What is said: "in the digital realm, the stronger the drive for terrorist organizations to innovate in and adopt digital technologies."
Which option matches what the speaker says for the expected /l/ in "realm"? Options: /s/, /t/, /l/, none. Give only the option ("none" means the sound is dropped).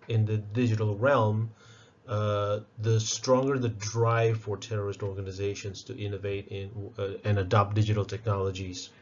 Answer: /l/